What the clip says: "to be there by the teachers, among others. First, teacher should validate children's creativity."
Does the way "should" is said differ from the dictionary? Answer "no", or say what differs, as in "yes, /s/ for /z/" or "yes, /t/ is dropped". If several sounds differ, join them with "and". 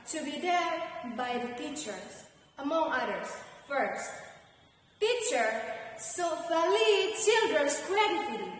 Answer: yes, /s/ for /ʃ/